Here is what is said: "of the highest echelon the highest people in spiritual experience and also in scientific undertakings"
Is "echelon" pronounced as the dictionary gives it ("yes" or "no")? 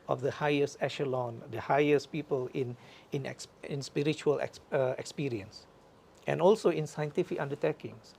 yes